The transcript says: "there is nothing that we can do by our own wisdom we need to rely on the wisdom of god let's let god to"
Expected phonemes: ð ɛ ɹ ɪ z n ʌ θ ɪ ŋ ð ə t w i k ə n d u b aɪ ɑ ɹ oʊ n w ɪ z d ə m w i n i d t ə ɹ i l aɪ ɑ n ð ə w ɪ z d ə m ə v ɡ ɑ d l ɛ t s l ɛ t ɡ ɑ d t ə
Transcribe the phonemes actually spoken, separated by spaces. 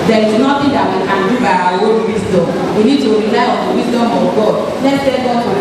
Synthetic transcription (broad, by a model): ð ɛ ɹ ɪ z n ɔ t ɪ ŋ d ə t w i k ə n d u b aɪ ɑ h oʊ l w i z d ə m w i n i d t ə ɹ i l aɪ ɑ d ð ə w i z d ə m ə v ɡ ɑ d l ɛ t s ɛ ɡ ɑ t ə